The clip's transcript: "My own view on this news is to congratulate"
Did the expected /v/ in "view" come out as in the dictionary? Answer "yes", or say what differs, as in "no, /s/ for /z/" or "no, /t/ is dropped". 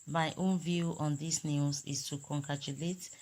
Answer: yes